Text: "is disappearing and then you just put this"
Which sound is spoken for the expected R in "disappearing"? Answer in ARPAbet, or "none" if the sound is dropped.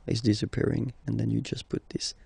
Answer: R